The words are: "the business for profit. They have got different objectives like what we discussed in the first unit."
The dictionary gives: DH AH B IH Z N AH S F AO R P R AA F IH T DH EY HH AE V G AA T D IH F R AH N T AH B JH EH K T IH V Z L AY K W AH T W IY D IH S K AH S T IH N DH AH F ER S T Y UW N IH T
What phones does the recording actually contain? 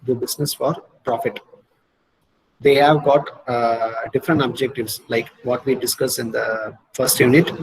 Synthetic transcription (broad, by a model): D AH B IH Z N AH S F AO R P R AA F IH T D EY HH AE V G AA T D IH F R AH N T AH B JH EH K T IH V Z L AY K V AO T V IY D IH S K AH S IH N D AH F ER S T Y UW N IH T